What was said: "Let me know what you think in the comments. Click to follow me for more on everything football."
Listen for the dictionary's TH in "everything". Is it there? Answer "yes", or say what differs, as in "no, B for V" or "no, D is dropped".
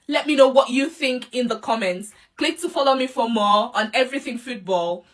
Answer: yes